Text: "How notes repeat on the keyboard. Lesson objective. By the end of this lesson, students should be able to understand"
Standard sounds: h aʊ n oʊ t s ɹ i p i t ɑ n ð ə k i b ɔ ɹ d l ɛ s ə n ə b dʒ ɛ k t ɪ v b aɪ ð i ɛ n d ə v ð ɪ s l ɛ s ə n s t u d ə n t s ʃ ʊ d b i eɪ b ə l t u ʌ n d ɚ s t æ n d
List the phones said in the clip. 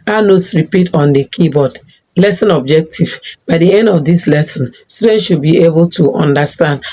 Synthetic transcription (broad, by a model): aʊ n oʊ t s ɹ i p i t ɑ n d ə k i b ɔ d l ɛ s ə n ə b dʒ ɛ k t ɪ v b aɪ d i ɛ n d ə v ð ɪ s l ɛ s ə n s t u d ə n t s ʃ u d b i eɪ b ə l t u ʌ n d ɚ s t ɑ n d